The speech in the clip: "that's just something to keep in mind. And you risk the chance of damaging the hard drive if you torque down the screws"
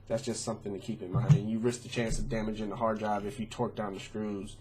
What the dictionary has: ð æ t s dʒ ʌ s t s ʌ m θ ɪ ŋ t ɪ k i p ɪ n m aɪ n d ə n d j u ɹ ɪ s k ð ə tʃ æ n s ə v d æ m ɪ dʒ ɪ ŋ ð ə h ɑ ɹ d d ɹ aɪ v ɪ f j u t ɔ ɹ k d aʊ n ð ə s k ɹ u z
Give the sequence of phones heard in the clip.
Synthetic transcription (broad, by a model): ð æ t s dʒ ʌ s t s ʌ m θ ɪ ŋ t ɪ k i p ɪ n m aɪ n d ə n j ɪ ɹ ɪ s k ð ə tʃ æ n s ə v d æ m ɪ dʒ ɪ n ð ə h ɑ ɹ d d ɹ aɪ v ɪ f j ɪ t ɔ ɹ k d aʊ n ð ə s k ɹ u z